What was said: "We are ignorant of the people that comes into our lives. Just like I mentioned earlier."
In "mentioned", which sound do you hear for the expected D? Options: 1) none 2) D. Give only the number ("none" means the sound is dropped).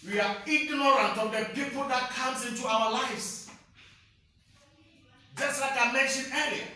1